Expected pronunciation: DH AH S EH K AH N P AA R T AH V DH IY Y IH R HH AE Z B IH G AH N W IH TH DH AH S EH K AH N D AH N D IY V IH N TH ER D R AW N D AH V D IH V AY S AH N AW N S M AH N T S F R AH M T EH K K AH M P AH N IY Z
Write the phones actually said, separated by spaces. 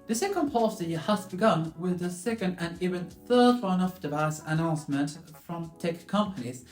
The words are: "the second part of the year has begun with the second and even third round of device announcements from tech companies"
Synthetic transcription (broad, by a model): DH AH S EH K AH N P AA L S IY HH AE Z B IH G AH N W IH DH AH S EH K AH N D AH N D IY V IH N TH ER D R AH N AH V D IH V AY S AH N AW N S M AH N T F R AH M T EH K K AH M P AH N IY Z